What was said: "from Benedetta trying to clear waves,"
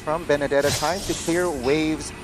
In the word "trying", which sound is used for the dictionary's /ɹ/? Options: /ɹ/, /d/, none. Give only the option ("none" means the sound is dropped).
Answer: none